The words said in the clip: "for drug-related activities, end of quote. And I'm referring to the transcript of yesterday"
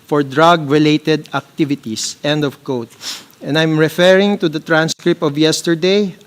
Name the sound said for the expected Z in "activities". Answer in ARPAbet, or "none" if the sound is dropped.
S